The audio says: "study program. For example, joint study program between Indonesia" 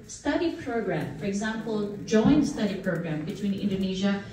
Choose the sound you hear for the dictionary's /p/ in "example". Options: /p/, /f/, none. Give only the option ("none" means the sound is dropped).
/p/